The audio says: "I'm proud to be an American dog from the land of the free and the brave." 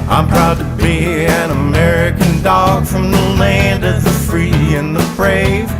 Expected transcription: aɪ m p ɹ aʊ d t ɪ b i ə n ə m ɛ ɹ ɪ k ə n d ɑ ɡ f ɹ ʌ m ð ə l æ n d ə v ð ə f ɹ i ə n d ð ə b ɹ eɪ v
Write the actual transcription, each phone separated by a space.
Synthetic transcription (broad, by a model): aɪ m p ɹ aʊ d t ɪ b i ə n ə m ɛ ɹ ɪ k ə n d ɑ ɡ f ɹ ʌ m ð ə l æ n d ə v ð ə f ɹ i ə n ð ə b ɹ eɪ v